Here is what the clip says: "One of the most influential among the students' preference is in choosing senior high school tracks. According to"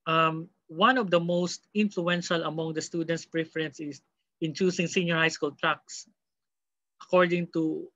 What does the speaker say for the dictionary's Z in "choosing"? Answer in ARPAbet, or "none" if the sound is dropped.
S